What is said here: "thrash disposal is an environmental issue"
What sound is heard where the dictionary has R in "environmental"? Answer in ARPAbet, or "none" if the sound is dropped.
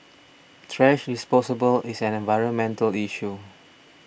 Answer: R